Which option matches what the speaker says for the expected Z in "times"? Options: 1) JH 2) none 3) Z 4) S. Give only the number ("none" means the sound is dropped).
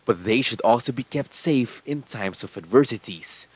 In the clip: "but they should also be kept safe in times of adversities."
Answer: 4